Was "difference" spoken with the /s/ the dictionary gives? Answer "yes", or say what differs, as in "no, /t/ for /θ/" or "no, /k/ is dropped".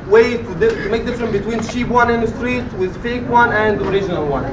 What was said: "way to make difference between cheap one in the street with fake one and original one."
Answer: no, /s/ is dropped